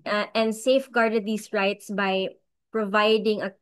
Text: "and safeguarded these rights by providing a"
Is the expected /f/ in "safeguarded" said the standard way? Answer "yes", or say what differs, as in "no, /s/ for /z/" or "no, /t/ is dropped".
yes